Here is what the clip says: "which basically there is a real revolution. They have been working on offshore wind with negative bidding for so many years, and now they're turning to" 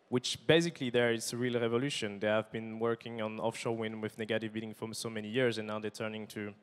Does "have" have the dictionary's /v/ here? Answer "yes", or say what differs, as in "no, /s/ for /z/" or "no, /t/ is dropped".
yes